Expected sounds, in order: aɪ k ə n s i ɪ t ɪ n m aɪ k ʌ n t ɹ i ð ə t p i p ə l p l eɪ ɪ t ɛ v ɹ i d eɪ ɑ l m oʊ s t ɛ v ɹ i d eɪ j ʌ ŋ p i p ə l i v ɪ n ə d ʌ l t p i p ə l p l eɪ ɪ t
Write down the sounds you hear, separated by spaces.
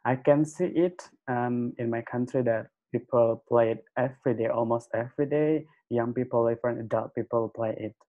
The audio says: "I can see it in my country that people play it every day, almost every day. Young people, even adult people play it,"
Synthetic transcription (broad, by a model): aɪ k ə n s i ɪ t ɪ n m aɪ k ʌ n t ɹ i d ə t p i p ə l p l eɪ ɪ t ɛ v ɹ i d eɪ ɑ l m oʊ s t ɛ v ɹ i d eɪ j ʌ ŋ p i p ə l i f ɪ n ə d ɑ t p i p ə l p l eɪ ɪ t